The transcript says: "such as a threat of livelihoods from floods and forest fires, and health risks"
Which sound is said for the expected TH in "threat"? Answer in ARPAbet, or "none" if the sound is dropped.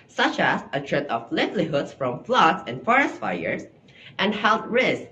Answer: T